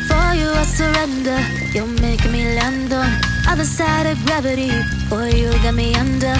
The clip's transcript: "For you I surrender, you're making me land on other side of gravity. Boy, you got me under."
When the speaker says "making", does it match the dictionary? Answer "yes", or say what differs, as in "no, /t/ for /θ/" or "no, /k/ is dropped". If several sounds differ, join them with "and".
no, /k/ is dropped